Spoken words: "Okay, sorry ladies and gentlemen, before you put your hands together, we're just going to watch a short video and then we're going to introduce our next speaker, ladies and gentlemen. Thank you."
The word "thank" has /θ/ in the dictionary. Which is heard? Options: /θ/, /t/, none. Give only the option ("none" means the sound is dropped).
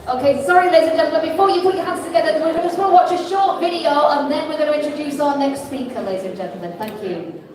/θ/